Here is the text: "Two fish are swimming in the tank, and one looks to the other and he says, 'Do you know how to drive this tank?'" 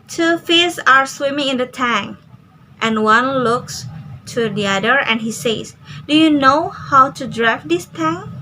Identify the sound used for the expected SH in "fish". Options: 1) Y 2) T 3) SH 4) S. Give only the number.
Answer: 4